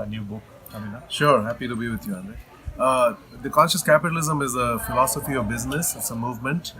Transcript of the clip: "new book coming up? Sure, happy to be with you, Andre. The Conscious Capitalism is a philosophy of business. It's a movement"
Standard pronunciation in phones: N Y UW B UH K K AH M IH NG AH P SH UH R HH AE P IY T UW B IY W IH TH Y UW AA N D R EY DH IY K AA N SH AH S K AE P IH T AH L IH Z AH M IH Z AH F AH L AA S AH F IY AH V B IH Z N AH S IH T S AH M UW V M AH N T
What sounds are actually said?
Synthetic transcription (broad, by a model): N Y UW B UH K K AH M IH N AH SH UH R HH AE P IY T UW B IY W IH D Y UW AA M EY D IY K AA N SH AH S K AE P IH T AH L IH Z AH M IH Z AH F AH L AA S AH F IY AH V B IH Z N AH S IH T S AH M UW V M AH N T